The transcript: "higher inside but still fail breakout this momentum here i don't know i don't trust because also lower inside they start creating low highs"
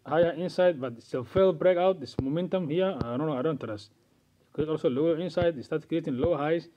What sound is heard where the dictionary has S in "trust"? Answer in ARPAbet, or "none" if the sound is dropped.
none